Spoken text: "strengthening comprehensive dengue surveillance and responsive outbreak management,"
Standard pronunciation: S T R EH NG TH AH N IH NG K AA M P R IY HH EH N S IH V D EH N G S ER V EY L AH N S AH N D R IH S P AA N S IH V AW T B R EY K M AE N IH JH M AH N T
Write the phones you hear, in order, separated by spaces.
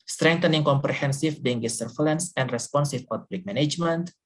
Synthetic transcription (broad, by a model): S T R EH NG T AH N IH NG K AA M P R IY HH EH N S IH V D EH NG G S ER F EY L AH N S AH N D R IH S P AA N S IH P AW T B L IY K M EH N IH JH M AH N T